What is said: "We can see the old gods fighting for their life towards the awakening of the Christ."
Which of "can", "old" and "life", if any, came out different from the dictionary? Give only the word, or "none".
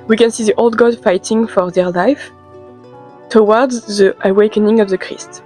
none